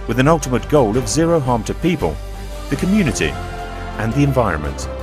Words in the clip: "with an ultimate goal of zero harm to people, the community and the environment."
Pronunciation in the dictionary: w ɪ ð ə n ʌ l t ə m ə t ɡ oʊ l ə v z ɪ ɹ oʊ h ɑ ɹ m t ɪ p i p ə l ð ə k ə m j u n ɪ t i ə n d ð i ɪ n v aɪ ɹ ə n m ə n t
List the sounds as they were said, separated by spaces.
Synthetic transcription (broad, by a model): w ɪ ð ə n ʌ l t ə m ə t ɡ oʊ l ə v z ɪ ɹ oʊ h ɑ ɹ m t ɪ p i p ə l ð ə k ə m j u n ɪ t i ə n ð i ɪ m v aɪ ɹ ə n m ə n t